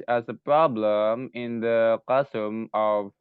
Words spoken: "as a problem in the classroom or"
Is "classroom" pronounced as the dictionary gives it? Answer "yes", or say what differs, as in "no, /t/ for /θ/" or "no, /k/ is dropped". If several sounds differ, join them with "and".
no, /l/ is dropped and /ɹ/ is dropped